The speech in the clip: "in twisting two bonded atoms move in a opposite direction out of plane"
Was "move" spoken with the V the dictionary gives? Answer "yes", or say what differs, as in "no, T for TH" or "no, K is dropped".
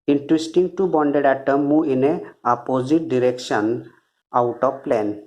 no, V is dropped